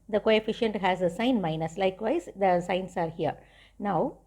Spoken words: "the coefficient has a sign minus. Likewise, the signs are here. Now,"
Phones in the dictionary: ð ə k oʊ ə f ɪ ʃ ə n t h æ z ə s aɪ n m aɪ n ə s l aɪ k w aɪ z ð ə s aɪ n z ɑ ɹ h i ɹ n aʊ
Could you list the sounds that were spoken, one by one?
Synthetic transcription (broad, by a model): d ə k oʊ ə f ɪ ʃ ə n t h æ z ə s aɪ n m aɪ n ə s l aɪ k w aɪ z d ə s aɪ n s ɑ ɹ h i ɹ n aʊ